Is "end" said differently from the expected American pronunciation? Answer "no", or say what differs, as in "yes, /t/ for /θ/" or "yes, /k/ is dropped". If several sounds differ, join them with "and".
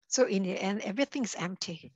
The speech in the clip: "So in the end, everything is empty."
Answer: yes, /d/ is dropped